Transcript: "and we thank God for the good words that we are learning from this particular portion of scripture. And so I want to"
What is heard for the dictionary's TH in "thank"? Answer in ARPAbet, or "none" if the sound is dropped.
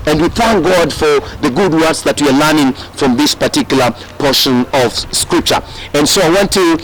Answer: TH